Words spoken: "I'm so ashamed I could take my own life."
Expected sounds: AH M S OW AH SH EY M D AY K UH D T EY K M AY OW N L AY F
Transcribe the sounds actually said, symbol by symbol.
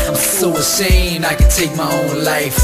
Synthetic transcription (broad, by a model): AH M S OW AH S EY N AY K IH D T EY K M AY OW N L AY F